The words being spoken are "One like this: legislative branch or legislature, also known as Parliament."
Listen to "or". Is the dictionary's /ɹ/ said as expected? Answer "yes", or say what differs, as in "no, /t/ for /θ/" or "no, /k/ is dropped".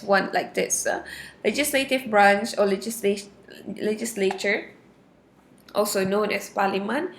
no, /l/ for /ɹ/